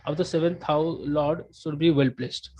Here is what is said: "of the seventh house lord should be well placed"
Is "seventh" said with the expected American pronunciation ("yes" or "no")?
no